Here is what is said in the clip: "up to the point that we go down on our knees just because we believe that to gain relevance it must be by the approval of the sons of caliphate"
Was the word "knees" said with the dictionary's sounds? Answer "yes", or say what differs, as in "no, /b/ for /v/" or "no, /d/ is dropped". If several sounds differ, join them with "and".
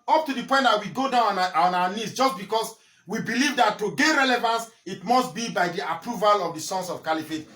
no, /s/ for /z/